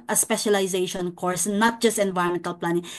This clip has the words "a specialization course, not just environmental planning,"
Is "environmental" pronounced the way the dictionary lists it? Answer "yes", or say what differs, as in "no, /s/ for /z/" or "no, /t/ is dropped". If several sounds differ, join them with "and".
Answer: no, /ɹ/ is dropped